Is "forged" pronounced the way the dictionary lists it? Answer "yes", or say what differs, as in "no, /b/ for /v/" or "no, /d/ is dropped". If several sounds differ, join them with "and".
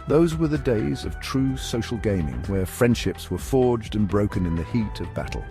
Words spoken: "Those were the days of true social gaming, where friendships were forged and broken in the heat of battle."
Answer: yes